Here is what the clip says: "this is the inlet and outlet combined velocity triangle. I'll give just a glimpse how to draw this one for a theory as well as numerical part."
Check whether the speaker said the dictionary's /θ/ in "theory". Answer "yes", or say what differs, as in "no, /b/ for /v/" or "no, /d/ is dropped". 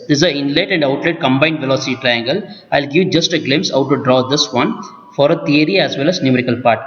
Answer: no, /t/ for /θ/